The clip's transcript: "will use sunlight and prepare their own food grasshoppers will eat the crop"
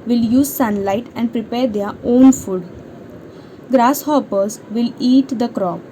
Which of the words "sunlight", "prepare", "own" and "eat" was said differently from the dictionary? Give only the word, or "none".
none